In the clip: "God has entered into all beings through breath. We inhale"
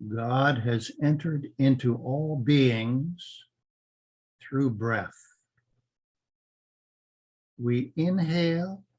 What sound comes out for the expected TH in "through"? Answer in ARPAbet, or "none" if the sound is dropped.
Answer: TH